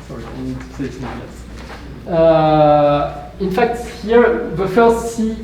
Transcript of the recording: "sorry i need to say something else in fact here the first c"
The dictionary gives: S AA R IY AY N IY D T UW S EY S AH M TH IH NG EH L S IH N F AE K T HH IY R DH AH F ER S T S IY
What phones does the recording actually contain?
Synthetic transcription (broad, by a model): S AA R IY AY N IY D T UW S EY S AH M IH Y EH S IH N F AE K T HH IY R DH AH F ER S T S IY